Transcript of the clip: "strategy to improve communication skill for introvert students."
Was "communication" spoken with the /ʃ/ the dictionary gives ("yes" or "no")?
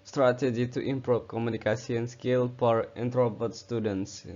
no